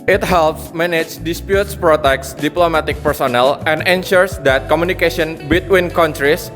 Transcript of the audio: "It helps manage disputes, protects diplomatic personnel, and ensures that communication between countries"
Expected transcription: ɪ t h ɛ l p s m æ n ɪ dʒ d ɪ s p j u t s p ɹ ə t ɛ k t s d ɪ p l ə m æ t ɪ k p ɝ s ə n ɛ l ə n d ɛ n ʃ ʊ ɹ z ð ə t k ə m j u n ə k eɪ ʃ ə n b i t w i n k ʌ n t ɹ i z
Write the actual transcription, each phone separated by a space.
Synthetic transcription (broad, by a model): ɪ t h ɛ l p s m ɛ n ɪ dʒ d ɪ s p j u t s p ɹ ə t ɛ k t s d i p l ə m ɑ t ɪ k p ɝ s ə n ɛ l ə n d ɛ n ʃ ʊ ɹ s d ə t k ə m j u n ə k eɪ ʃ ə n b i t w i n k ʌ n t ɹ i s